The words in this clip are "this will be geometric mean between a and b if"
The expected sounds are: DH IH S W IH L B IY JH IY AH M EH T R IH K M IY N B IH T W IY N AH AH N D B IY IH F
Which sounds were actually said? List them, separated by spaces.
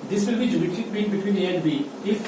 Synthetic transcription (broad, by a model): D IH S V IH L B IY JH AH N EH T IH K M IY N B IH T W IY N AH AH N D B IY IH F